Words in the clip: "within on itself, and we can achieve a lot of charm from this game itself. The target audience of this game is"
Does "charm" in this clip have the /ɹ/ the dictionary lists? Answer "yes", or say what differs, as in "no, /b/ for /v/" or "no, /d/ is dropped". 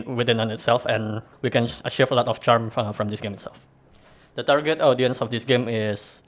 yes